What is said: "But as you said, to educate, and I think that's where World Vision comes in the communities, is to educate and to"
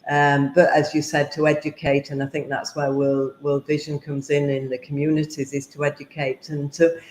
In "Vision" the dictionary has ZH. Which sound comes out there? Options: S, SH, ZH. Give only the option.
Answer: ZH